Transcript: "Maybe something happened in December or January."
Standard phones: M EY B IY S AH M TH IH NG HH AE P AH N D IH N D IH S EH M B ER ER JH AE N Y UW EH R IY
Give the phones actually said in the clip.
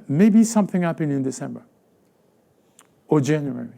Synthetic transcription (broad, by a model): M EY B IY S AH M TH IH NG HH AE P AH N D IH N D IH S EH M B ER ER JH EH N Y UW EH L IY